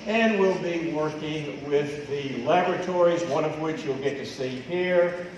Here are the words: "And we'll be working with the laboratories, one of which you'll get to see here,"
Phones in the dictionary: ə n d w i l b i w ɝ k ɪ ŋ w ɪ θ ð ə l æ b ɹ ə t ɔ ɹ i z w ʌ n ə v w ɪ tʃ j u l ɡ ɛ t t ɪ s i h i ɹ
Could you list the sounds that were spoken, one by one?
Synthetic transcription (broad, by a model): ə n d w i l b i w ɝ k ɪ ŋ w ɪ ð ə l æ b ɹ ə t ɔ ɹ i z w ʌ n ə v w ɪ tʃ j u l ɡ ɛ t t ɪ s i h i ɹ